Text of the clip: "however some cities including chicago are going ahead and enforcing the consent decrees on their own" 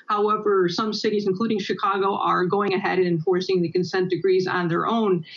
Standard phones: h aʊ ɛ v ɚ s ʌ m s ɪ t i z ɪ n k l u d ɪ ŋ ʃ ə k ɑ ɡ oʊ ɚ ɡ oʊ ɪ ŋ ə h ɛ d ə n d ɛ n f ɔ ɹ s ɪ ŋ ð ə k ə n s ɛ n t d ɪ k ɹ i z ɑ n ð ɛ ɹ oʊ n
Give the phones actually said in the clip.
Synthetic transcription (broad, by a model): h aʊ ɛ v ɚ s ʌ m s ɪ t i z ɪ n k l u d ɪ ŋ ʃ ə k ɑ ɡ oʊ ɚ ɡ oʊ ɪ ŋ ə h ɛ d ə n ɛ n f ɔ ɹ s ɪ ŋ ð ə k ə n s ɛ n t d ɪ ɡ ɹ i z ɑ n ð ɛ ɹ oʊ n